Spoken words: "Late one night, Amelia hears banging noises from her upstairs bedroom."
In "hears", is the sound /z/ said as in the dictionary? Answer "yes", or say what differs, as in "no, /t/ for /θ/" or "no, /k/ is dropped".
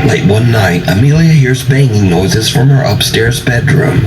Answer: yes